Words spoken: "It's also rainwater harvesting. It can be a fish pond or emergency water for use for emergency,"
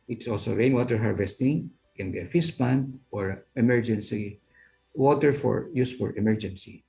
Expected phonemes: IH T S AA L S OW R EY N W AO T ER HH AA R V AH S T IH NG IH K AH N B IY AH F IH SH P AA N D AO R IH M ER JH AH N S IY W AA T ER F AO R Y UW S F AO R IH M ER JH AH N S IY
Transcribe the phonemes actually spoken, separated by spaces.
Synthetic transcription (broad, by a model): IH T S AA L S OW R EY N W AO T ER HH AA R V AH S T IH NG K AH N B IY AH F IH S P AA N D AO R IH M ER JH AH N S IY W AA T ER F AO R Y UW S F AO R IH M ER JH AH N S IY